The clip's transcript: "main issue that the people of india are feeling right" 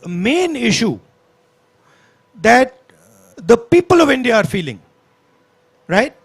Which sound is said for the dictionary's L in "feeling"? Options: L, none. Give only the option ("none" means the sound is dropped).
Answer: L